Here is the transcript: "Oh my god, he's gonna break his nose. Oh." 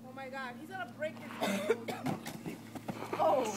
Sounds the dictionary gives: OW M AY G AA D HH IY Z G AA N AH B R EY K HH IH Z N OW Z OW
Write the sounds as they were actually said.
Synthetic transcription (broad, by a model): OW M AY G AA D HH IY Z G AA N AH B R EY K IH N OW UH